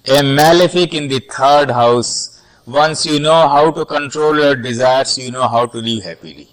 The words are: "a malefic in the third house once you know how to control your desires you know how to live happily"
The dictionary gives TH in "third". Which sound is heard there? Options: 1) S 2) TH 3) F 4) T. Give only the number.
4